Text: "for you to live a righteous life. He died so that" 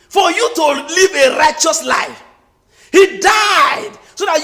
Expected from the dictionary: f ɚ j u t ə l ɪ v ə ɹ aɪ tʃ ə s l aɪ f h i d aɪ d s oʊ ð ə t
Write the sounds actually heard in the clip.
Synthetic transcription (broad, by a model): f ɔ j u t ə l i v ə ɹ aɪ tʃ ə s l aɪ f h i d aɪ d s oʊ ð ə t